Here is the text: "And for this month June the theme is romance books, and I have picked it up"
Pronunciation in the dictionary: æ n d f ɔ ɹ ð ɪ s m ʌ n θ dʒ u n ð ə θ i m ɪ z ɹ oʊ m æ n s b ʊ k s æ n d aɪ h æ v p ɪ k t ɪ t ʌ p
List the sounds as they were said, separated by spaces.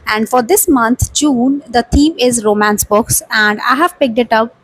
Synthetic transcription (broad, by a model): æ n d f ɔ ɹ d ɪ s m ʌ n t dʒ u n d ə t i m ɪ z ɹ oʊ m æ n s b ʊ k s æ n d aɪ h æ v p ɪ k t ɪ t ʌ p